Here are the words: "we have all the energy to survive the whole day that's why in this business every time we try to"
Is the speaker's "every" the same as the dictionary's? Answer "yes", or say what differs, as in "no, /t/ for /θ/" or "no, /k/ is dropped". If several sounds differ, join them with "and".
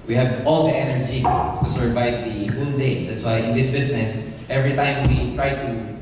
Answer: yes